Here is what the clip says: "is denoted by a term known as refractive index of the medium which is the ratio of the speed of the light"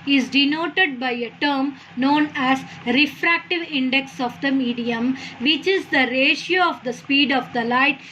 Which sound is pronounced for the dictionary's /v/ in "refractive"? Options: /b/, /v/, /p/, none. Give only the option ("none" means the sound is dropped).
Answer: /v/